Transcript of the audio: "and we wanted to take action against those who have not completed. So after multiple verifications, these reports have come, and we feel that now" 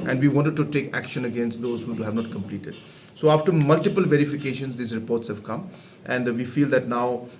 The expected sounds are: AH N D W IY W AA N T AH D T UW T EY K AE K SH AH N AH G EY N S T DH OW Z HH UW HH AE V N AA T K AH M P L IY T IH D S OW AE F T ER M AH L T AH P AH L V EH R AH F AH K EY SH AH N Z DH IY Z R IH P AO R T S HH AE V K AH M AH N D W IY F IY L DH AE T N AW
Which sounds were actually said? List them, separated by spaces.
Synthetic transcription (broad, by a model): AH N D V IY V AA N T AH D T UW T EY K AE K SH AH N AH G EY N S T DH OW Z HH UW HH AE V N AA T K AH M P L IY T IH D S OW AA F T ER M AH L T AH P AH L V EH R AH F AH K EY SH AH N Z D IY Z R IH P AO R T S HH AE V K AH M AH N D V IY F IY L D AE T N AW